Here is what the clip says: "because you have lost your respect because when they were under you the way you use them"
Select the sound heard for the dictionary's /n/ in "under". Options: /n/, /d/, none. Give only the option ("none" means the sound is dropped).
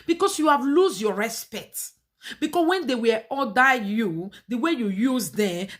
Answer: none